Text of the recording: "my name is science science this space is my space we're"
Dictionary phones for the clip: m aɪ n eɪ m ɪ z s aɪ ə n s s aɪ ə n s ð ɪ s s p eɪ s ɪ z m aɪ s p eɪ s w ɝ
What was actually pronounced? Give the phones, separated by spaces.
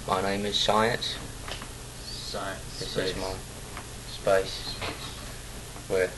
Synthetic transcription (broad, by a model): m aɪ n eɪ m ɪ z s aɪ ə n s s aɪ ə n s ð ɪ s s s ɪ z m aɪ s p eɪ s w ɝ